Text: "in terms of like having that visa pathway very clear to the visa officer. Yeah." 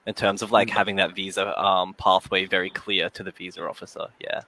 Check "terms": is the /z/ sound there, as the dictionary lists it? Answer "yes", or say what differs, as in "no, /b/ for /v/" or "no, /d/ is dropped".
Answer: yes